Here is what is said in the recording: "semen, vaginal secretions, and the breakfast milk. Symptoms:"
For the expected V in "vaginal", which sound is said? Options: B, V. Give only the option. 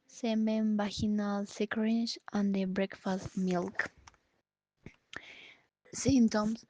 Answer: B